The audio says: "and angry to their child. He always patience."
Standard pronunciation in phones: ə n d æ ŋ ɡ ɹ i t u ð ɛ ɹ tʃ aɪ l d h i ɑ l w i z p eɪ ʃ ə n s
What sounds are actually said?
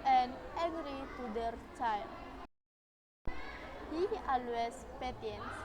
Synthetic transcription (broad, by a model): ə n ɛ ɡ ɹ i t u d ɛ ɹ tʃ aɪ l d h i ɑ l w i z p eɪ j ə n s